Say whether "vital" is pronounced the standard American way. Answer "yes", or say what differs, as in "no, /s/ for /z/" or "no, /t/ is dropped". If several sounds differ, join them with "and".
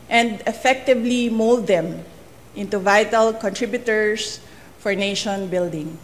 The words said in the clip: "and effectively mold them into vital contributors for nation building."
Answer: yes